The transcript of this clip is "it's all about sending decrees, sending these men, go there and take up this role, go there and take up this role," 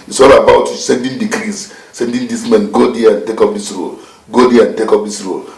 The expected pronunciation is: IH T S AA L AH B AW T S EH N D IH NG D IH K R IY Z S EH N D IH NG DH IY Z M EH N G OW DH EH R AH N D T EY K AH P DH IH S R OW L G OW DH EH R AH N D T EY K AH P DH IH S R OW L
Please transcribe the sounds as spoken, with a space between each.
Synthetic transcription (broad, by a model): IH T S AA L AH B AW T S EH N D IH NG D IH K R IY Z S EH N D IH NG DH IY S M EH N G OW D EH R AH N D T EY K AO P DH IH S R OW L G OW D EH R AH N T EY K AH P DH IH S R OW L